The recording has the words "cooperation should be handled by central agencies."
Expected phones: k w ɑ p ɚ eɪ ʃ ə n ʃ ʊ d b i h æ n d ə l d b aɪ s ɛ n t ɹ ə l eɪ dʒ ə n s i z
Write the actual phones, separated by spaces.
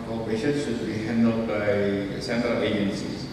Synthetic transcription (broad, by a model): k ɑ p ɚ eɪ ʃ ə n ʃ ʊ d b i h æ n d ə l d b aɪ s ɛ n t ɹ ə l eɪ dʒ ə n s i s